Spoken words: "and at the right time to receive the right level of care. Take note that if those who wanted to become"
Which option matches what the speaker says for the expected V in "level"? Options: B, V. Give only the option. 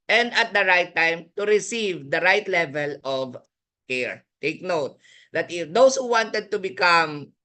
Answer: V